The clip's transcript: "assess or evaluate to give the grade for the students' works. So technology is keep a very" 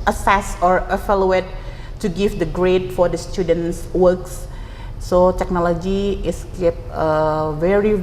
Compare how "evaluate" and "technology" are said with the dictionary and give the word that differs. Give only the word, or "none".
evaluate